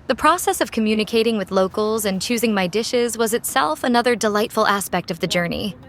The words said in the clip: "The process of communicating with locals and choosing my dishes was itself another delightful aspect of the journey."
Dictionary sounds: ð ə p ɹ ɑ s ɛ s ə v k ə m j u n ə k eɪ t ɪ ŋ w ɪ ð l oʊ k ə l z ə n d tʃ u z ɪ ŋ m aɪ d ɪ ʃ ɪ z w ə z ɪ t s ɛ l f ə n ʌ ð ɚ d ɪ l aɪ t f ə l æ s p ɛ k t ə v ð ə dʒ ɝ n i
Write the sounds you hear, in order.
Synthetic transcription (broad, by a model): ð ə p ɹ ɑ s ɛ s ə v k ə m j u n ə k eɪ t ɪ ŋ w ɪ ð l oʊ k l z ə n tʃ u z ɪ ŋ m aɪ d ɪ ʃ ɪ z w ə z ɪ t s ɛ l f ə n ʌ ð ɚ d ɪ l aɪ t f l æ s p ɛ k t ə v ð ə dʒ ɝ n i